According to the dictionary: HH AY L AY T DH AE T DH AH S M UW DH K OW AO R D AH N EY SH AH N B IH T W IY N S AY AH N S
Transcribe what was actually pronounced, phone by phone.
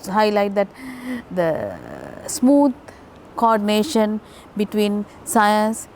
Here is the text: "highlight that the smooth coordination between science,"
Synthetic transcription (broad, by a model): HH AY L AY T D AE T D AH S M UW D K OW AO R D AH N EY SH AH N B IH T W IY N S AY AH N S